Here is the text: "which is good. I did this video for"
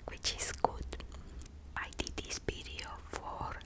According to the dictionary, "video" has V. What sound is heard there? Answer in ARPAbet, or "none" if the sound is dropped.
P